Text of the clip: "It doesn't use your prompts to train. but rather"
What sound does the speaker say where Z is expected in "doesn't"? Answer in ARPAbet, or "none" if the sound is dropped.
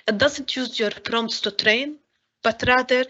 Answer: Z